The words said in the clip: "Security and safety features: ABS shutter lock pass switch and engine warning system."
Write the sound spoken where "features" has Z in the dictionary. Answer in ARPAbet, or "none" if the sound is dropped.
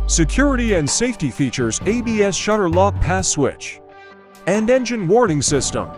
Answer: Z